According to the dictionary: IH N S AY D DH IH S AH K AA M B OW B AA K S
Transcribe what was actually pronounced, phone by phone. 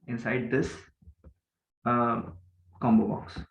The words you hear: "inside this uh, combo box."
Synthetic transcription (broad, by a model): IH N S AY D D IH S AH K AA M B OW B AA K S